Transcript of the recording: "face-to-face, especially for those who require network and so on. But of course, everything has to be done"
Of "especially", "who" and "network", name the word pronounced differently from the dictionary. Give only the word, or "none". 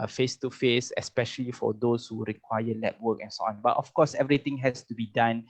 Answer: network